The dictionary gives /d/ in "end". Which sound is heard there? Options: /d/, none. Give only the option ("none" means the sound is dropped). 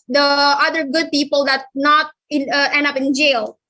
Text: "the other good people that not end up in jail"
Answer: /d/